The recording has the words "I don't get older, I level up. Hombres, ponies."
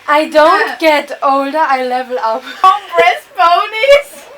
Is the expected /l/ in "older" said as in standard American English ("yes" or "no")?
yes